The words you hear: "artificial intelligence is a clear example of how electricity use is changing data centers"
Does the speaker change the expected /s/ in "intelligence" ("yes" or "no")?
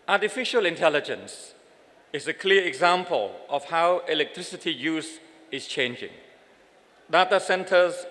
no